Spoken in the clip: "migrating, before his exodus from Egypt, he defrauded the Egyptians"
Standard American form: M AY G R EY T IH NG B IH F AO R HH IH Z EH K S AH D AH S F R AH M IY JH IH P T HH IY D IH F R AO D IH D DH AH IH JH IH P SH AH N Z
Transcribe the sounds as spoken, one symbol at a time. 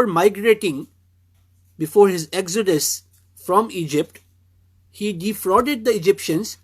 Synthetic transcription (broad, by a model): M AY G R EY T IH NG B IH F AO R HH IH Z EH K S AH D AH S F R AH M IY JH IH P T HH IY D IH F R AO D IH D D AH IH JH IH P SH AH N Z